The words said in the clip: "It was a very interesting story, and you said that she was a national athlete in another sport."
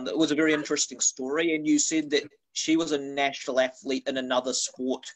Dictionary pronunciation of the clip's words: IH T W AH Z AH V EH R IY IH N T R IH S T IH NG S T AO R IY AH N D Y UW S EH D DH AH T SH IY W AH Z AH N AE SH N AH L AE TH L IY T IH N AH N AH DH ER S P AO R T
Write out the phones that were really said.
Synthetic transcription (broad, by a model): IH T W AH Z AH V EH R IY IH N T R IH S T IH NG S T AO R IY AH N Y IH S EH D DH AH T SH IY W AH Z AH N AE SH N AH L AE TH L IY T IH N AH N AH DH ER S P AO R T